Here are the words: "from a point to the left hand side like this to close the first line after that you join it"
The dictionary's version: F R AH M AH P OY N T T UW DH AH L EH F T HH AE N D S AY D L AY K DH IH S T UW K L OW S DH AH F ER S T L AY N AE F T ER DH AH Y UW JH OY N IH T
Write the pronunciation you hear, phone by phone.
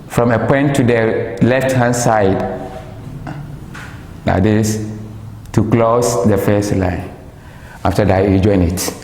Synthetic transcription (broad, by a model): F R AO M AH P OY N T T UW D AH L EH F T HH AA N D S AY D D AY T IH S T UW K L OW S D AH F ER S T L AY N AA F T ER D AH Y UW JH OY N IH T